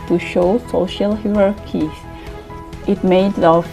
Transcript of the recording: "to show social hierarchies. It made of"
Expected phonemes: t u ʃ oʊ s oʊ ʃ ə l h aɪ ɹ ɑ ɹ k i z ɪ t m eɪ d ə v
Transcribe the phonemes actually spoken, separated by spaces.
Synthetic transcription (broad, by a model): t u ʃ oʊ s oʊ ʃ ə l h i ɹ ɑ ɹ k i ɪ t m eɪ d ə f